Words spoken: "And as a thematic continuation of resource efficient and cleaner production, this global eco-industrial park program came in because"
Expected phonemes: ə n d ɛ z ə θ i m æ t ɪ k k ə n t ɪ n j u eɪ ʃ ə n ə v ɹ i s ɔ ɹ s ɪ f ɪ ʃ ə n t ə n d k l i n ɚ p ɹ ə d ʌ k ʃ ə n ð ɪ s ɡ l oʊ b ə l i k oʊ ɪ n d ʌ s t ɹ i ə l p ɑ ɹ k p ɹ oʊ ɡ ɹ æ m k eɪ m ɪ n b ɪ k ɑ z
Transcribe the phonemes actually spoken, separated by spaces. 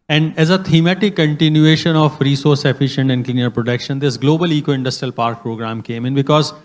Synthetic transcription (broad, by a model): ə n d ɛ z ə t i m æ t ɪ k k ə n t ɪ n j u eɪ ʃ ə n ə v ɹ i s ɔ ɹ s ɪ f ɪ ʃ ə n t ə n d k l i n ɚ p ɹ ə d ʌ k ʃ ə n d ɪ s ɡ l oʊ b ə l i k oʊ ɪ n d ʌ s t ɹ i ə l p ɑ ɹ k p ɹ oʊ ɡ ɹ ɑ m k eɪ m ɪ n b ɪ k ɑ z